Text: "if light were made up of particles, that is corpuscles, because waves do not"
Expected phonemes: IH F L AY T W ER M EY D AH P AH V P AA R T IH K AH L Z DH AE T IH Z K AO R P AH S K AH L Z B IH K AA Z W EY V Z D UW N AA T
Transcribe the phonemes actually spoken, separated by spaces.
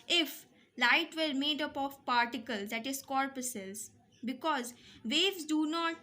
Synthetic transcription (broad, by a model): IH F L AY T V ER M EY D AH P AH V P AA R T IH K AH L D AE T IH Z K AO R P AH S AH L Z B IH K AA Z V EY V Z D UW N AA T